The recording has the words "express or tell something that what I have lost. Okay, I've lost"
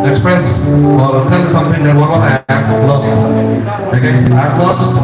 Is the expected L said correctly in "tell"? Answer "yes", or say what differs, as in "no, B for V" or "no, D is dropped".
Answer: no, N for L